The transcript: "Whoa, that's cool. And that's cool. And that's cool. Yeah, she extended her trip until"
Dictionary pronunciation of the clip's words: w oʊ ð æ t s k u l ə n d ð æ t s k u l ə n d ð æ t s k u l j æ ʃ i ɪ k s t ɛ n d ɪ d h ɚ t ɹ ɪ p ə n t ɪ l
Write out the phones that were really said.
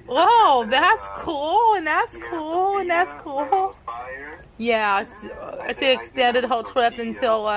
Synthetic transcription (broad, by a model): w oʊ ð æ t s k u l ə n ð æ t s k u l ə n ð æ t s k u l j æ s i ɪ k s t ɛ n d ɪ d h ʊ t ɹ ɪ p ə n t ɪ l